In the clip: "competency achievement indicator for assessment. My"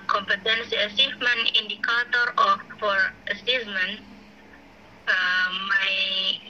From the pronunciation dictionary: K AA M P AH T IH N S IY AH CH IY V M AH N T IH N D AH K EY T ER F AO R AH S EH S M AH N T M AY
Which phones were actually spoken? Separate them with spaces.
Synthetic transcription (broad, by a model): K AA M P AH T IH N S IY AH S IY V M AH N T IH N D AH K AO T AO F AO R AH S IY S M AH N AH M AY